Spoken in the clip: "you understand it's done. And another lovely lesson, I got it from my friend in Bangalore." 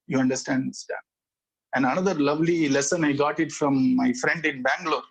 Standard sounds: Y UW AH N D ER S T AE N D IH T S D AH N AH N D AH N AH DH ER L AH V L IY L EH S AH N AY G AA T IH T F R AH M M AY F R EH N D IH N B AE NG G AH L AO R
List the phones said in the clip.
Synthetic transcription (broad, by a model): Y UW AH N D ER S T AE N D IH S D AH AH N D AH N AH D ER L AH V L IY L EH S AH N AY G AA T IH T F R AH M M AY F R EH N D IH N B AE NG G L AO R